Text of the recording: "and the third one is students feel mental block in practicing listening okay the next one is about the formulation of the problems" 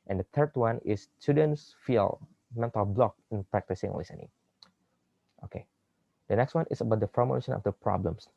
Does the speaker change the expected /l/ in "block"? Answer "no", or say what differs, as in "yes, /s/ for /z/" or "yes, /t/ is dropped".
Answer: no